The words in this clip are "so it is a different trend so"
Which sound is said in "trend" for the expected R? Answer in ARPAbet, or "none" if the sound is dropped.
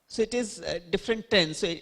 none